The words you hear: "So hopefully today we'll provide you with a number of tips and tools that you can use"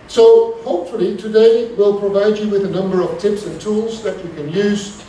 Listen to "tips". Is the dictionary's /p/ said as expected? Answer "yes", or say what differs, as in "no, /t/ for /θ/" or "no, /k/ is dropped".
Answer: yes